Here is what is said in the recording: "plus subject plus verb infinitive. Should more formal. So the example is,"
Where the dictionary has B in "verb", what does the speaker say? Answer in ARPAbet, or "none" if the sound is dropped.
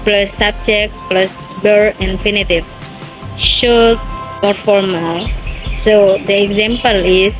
none